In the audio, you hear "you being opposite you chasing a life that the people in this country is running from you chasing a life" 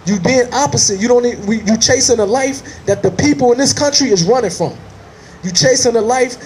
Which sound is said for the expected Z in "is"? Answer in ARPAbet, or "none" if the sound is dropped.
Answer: Z